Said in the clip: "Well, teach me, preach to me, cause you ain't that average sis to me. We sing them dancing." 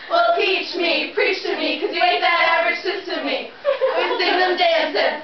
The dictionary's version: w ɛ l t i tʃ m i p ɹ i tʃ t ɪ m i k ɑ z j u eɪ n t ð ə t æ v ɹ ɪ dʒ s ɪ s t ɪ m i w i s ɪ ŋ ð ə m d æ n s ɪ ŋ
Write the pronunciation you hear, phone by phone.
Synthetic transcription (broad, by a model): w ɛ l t i tʃ m i p ɹ i tʃ t ɪ m i k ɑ z j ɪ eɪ t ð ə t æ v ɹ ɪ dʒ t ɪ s t ɪ m i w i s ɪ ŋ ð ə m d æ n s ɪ